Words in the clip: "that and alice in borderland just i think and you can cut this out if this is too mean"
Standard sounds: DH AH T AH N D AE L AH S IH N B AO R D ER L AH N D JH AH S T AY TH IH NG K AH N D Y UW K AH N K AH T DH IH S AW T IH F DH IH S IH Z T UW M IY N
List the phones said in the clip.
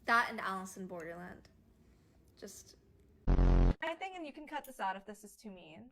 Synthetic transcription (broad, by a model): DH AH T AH N AE L AH S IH N B AO R D ER L AH N D JH AH S T AY TH IH NG K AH N Y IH K N K AH T DH IH S AW T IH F DH IH S IH Z T UW M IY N